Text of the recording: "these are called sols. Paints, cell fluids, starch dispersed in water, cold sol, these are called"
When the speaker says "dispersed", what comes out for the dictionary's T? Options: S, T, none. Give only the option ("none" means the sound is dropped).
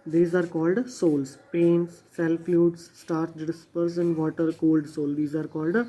none